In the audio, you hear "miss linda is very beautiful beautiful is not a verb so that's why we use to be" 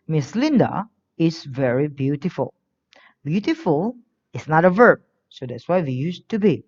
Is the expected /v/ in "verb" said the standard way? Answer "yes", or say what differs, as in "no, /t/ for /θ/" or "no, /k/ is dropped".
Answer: yes